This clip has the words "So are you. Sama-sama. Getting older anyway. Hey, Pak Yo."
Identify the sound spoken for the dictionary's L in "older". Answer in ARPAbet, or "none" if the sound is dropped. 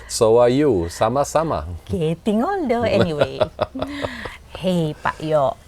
N